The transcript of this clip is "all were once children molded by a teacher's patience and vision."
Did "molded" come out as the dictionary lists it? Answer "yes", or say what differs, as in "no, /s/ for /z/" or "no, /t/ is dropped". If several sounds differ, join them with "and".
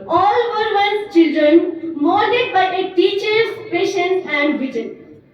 no, /l/ is dropped